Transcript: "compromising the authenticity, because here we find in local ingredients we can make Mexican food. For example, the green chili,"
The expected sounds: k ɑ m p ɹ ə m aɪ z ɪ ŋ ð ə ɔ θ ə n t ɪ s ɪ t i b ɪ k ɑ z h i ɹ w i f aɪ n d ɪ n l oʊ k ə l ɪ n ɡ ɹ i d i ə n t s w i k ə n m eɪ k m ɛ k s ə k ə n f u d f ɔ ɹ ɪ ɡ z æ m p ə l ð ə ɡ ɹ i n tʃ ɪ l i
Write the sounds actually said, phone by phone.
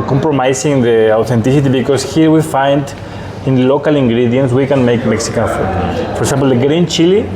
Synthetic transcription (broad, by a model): k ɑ m p ɹ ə m aɪ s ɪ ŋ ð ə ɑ t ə n t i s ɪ t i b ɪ k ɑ s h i ɹ w i f aɪ n d ɪ n l oʊ k ə l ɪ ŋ ɡ ɹ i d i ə n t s w i k ə n m eɪ k m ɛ k s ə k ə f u f ɔ ɹ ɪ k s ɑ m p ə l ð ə ɡ ɹ i n tʃ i l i